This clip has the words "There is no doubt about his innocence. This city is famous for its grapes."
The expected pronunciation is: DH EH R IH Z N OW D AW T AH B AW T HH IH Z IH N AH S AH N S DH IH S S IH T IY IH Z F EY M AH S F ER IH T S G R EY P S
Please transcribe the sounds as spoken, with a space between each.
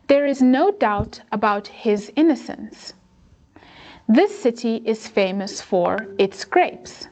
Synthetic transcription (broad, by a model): DH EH R IH Z N OW D AW T AH B AW T HH IH Z IH N AH S AH N S DH IH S S IH T IY IH Z F EY M AH S F ER IH T S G R EY P S